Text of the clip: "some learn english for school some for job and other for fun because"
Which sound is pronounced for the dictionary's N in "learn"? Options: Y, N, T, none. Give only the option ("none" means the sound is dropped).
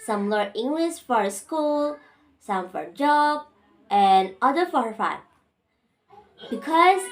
none